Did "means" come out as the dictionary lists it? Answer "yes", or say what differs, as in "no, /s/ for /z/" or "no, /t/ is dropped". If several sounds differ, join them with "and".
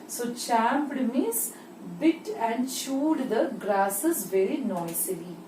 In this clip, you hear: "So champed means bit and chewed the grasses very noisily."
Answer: no, /n/ is dropped